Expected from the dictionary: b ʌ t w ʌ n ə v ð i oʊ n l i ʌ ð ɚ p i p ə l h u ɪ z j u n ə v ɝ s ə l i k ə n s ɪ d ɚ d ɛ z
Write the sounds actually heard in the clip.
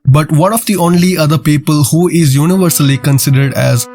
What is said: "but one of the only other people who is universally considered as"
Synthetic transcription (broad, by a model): b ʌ t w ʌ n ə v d i oʊ n l i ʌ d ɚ p i p ə l h u ɪ z j u n ə v ɝ s ə l i k ə n s ɪ d ɚ d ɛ z